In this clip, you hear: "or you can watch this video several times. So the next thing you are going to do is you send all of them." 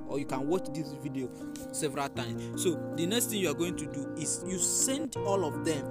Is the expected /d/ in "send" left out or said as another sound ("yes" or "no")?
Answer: no